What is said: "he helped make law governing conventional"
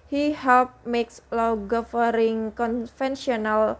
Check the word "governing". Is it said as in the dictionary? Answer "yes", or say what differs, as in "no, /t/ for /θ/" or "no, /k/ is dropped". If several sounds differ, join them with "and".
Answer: no, /n/ is dropped